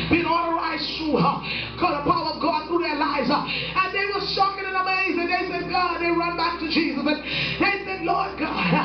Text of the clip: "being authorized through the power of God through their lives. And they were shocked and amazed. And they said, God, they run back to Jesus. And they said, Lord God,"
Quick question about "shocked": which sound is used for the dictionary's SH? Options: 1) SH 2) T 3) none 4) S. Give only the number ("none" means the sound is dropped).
4